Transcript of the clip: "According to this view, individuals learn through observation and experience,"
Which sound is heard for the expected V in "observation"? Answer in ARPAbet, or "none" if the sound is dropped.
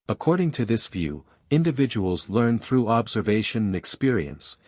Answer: V